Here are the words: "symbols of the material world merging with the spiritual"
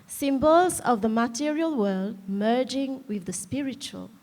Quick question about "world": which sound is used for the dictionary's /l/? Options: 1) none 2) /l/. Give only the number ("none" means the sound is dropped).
2